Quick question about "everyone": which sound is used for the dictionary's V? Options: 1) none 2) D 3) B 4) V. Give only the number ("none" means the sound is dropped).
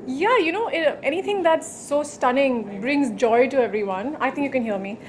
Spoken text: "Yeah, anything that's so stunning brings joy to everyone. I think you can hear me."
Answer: 4